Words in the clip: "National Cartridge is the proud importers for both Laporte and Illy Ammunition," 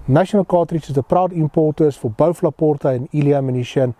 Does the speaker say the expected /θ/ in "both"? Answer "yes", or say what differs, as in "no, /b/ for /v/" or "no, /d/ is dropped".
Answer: no, /f/ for /θ/